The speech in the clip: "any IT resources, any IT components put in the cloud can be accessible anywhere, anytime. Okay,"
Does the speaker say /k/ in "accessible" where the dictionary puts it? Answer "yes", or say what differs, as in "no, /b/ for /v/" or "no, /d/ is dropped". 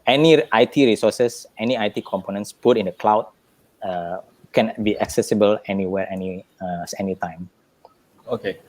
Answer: yes